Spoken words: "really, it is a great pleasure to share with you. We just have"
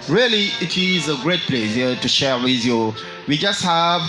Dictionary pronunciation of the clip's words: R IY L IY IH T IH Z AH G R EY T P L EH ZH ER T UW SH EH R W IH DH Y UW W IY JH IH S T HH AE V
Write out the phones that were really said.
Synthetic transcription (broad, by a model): R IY L IY IH T IH Z AH G R EY T P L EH S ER T UW SH EH R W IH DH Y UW W IY JH IH S T HH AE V